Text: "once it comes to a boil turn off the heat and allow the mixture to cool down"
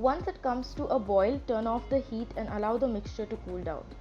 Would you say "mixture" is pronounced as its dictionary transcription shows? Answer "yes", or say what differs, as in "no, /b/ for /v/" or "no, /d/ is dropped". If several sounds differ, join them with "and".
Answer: yes